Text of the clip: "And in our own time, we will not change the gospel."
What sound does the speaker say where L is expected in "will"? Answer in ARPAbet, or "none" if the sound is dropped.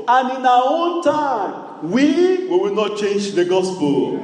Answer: W